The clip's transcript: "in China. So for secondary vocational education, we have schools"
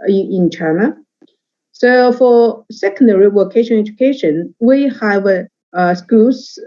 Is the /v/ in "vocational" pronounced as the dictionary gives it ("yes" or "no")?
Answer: no